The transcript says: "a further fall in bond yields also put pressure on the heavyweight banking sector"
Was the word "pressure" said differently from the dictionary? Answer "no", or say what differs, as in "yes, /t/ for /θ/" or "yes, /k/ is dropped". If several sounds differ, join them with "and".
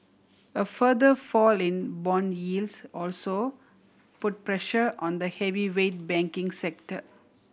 no